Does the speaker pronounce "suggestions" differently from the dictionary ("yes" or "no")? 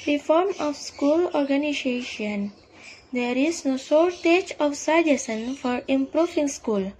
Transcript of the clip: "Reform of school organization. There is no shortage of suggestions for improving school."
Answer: yes